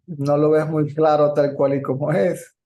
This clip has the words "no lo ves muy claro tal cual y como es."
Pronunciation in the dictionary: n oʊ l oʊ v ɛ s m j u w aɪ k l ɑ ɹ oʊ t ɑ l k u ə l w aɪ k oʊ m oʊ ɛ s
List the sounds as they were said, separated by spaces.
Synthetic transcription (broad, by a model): n oʊ l oʊ b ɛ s m u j k l ɑ ɹ oʊ t ɑ l k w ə l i k oʊ m oʊ ɛ s